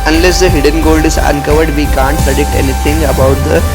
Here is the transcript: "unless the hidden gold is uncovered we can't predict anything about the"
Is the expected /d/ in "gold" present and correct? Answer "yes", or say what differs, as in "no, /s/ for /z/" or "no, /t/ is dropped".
yes